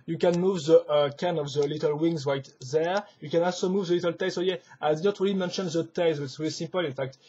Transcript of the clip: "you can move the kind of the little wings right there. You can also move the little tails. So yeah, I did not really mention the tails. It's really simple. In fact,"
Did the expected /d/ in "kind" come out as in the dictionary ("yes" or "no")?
no